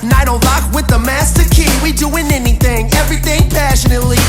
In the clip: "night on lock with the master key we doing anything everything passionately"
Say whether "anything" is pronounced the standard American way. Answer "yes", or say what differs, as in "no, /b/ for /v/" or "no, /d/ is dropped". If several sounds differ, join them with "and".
yes